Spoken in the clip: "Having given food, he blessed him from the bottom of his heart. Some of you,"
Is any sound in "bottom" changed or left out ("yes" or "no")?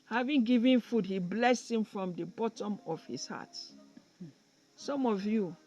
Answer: no